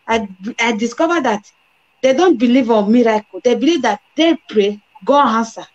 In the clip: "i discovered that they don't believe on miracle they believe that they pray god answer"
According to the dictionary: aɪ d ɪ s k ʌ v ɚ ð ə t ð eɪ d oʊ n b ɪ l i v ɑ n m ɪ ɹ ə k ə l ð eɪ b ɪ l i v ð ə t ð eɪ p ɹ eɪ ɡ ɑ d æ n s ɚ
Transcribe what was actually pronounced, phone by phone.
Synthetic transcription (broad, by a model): aɪ d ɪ s k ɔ v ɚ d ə t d eɪ d oʊ n b ɪ l i v ɑ n m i ɹ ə k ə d eɪ b ɪ l i v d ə t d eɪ p ɹ eɪ ɡ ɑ ɑ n s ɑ